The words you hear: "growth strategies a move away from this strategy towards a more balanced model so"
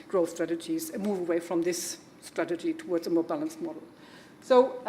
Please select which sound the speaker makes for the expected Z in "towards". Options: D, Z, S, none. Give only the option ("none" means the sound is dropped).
Z